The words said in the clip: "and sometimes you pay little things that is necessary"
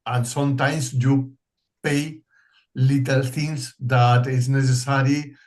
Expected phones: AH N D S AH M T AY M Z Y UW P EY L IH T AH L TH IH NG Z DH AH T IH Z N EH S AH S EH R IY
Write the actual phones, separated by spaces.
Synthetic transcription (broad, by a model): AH N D S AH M T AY M S Y UW P EY L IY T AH L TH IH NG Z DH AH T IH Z N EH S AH S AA R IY